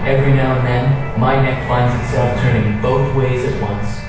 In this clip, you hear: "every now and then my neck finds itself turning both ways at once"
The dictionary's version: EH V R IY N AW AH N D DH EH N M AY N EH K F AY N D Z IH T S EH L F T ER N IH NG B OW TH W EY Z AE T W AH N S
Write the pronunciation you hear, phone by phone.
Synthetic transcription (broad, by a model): EH V R IY N AW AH N DH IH N M AY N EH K F AY N D Z IH T S EH L F T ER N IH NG B OW TH W EY Z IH T W AH N S